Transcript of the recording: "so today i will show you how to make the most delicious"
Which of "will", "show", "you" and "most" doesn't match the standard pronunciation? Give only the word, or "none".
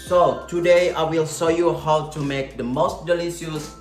show